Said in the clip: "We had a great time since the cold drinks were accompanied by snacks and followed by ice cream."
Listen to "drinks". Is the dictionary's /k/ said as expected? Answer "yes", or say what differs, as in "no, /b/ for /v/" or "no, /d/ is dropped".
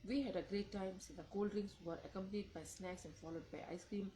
no, /k/ is dropped